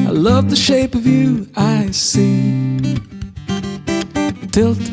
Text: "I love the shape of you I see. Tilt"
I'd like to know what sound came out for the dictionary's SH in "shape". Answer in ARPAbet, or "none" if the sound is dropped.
SH